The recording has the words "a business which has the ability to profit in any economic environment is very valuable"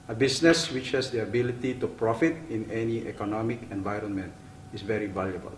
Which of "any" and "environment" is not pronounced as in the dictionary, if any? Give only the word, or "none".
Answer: none